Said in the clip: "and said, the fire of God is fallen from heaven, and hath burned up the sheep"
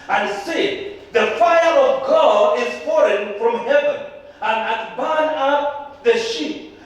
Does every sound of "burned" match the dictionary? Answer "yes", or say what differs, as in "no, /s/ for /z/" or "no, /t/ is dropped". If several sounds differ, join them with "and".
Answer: no, /d/ is dropped